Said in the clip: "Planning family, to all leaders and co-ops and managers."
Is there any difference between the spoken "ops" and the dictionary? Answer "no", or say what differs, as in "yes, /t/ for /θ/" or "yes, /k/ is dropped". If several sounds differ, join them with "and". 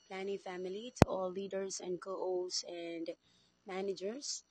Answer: yes, /p/ is dropped